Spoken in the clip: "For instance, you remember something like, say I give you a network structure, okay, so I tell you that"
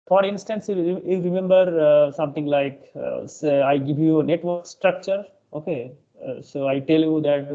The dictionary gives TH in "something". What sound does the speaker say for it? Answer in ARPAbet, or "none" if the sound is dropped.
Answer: T